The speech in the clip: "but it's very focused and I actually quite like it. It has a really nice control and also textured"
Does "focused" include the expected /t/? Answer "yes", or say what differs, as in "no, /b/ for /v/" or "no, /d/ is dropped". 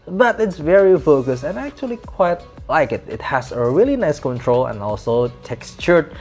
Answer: no, /t/ is dropped